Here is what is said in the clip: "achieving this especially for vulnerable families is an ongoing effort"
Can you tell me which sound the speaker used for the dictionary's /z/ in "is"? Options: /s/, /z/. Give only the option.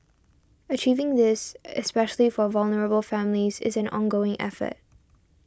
/z/